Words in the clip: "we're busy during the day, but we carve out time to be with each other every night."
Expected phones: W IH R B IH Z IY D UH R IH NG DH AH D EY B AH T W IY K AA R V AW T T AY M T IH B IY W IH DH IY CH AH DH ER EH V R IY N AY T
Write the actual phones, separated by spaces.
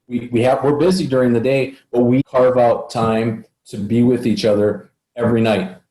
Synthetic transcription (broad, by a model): W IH R B IH Z IY D UH R IH NG DH AH D EY B AH T W IY K AA R V AW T T AY M T IH B IY W IH DH IY CH AH DH ER EH V R IY N AY T